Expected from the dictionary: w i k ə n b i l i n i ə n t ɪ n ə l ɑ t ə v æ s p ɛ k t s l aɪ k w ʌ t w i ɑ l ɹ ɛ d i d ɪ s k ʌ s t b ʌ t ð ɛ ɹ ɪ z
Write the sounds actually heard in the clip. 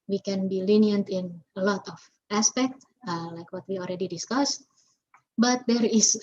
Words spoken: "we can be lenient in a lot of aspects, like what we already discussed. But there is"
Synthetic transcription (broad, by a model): w i k ə n b i l i n i ə n t ɪ n ə l ɑ t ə f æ s p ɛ k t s l aɪ k w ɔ t w i ɑ l ɹ ɛ d i d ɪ s k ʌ s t b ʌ t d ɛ ɹ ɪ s